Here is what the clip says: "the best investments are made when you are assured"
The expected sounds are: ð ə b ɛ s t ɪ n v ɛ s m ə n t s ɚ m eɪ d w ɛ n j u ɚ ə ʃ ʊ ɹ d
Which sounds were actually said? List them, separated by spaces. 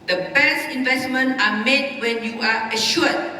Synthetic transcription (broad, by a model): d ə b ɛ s ɪ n v ɛ s m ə n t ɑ m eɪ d w ɛ n j u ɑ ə ʃ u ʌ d